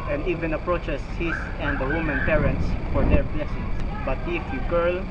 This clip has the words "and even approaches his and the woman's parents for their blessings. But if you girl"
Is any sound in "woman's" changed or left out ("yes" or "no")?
yes